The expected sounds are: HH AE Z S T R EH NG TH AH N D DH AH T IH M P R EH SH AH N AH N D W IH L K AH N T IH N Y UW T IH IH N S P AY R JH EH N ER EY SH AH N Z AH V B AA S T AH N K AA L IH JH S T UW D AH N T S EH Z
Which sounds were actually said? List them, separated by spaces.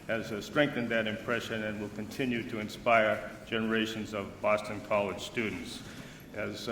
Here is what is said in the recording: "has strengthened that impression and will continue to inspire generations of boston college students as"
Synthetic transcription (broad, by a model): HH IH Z S T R EH NG TH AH N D DH AH T IH M P R EH SH AH N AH N W IH L K AH N T IH N Y UW T IH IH N S P AY R JH EH N ER EY SH AH N Z AH V B AA S T AH N K AA L IH JH S T UW D N T S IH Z